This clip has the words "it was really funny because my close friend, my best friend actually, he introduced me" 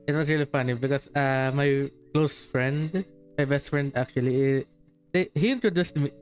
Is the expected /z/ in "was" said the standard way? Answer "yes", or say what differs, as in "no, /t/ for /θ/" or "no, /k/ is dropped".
no, /s/ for /z/